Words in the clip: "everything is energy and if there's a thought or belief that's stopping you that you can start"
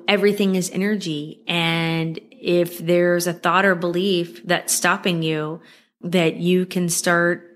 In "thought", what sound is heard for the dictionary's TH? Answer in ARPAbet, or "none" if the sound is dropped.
TH